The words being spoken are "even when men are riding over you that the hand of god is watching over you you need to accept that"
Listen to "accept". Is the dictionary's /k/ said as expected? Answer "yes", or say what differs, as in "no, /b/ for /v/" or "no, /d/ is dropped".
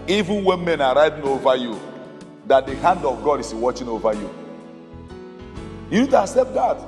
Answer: no, /k/ is dropped